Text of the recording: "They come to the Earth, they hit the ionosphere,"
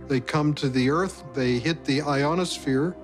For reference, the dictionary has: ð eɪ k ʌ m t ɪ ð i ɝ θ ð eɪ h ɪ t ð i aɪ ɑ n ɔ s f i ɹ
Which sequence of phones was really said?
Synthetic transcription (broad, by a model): ð eɪ k ʌ m t ɪ ð i ɝ θ ð eɪ h ɪ t ð i aɪ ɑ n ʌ s f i ɹ